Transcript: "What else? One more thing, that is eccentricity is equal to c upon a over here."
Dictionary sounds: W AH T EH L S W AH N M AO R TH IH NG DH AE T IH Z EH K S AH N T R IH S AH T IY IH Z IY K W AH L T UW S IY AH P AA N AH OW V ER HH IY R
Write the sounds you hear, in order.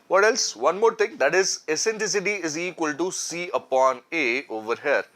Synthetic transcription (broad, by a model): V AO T EH L S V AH N M AO R T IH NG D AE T IH Z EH S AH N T L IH S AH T IY IH Z IY K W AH L T UW S IY AH P AA N AH OW V ER HH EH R